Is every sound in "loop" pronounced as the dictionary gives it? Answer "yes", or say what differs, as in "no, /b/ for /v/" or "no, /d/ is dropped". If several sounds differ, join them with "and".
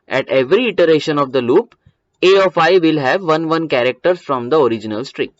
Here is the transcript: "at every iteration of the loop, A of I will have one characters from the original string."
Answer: yes